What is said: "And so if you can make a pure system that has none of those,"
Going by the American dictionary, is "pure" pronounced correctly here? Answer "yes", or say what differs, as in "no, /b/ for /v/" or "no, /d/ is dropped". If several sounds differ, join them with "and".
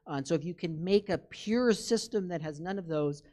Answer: yes